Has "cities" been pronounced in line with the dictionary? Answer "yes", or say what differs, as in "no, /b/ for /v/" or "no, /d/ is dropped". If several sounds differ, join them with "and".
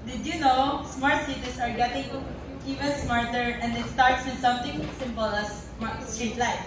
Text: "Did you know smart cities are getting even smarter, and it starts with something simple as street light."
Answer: no, /s/ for /z/